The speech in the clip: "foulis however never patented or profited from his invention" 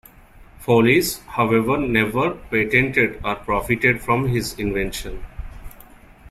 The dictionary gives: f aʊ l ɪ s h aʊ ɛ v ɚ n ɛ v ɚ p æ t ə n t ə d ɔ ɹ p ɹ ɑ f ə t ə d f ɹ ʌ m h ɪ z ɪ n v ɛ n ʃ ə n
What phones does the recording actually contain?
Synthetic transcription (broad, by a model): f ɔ l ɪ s h aʊ ɛ v ɚ n ɛ v ɚ p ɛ t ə n t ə d ɔ ɹ p ɹ ɑ f ə t ə d f ɹ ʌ m h ɪ z ɪ n v ɛ n ʃ ə n